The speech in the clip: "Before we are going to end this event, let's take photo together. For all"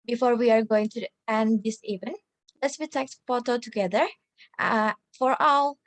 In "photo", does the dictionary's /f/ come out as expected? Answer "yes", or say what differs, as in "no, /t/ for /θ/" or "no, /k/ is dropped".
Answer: no, /p/ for /f/